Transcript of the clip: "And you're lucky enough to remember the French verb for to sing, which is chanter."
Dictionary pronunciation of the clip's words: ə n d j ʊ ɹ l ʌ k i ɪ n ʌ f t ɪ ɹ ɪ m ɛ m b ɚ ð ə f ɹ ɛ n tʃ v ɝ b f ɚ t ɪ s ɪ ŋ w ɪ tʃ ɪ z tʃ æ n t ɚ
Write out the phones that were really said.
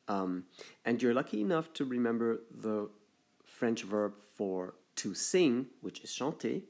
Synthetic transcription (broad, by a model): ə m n j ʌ ɹ l ʌ k i ɪ n ʌ f t ɪ ɹ ɪ m ɛ m b ɚ ð ə f ɹ ɛ n tʃ v ɝ b f ɚ t ɪ s ɪ ŋ w ɪ tʃ ɪ z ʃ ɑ n t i